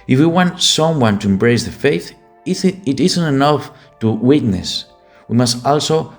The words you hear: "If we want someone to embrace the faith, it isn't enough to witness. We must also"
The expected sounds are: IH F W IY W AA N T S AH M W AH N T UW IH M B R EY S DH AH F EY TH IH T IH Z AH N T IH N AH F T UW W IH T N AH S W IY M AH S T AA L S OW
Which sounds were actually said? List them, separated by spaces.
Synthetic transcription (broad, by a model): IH F W IY W AA N T S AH M W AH N T UW IH M B R EY S DH AH F EY TH IH T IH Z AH N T IH N AH F T UW W IH T N AH S W IY M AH S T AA L S OW